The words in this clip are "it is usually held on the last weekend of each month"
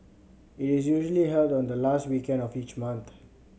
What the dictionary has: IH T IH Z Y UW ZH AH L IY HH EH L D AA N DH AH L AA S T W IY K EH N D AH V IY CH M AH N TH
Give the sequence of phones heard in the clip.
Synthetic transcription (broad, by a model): IH T IH Z Y UW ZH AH L IY HH EH L D AA N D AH L AA S T W IY K EH N D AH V IY CH M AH N T